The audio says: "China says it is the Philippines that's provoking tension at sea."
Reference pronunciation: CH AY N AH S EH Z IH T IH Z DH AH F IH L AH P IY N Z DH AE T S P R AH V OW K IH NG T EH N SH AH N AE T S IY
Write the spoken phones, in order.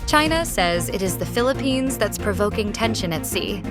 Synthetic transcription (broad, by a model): CH AY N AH S EH Z IH T IH Z DH AH F IH L AH P IY N Z DH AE T S P R AH V OW K IH NG T EH N SH AH N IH T S IY